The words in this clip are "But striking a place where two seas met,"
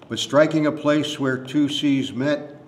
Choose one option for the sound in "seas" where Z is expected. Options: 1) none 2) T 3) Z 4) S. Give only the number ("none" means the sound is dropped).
3